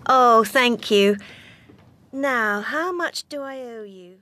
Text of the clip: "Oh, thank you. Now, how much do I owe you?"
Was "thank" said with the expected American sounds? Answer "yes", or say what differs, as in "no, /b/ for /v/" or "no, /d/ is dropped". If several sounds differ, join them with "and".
yes